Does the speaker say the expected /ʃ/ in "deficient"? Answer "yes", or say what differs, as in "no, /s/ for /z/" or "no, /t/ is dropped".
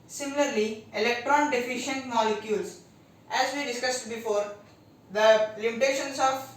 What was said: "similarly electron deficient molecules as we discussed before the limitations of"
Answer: yes